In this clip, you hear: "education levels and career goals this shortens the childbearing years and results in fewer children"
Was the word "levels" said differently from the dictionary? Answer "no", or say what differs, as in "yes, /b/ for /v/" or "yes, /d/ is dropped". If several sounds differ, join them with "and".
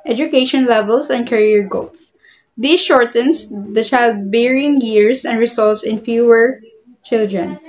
yes, /s/ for /z/